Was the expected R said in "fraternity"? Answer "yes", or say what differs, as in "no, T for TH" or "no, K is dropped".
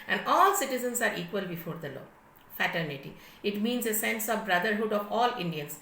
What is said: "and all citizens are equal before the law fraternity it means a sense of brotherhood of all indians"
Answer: no, R is dropped